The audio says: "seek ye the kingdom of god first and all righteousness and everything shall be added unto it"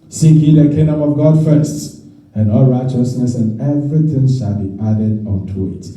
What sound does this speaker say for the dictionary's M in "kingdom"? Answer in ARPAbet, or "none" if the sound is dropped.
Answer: M